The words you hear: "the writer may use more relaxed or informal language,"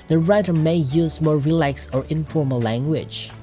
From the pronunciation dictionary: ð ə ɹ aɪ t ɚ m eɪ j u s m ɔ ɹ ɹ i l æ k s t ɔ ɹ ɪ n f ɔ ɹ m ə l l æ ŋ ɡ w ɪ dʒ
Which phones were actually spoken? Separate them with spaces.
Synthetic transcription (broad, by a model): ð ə ɹ aɪ t ɚ m eɪ j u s m ɔ ɹ ɹ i l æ k s ɔ ɹ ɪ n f ɔ ɹ m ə l l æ ŋ ɡ w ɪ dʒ